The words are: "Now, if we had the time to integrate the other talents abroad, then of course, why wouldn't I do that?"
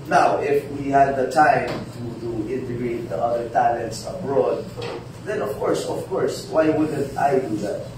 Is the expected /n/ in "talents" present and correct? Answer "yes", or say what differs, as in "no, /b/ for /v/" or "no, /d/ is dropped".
yes